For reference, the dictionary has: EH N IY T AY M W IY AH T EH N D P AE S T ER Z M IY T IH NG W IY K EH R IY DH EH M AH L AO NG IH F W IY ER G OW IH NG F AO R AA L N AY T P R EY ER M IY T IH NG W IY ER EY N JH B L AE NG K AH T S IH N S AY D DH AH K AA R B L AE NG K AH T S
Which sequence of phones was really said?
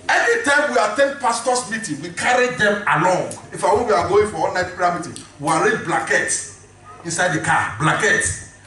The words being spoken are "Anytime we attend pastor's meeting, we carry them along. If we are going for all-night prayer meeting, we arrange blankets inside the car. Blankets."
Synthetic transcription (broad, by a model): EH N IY T AY M W IY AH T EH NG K P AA S T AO S M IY T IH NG W IY K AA R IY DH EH M AH L AO NG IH F W IY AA G OW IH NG F AO W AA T N AY T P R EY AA M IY T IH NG W IY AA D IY B L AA K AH T S IH N S AY D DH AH K AA B L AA K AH T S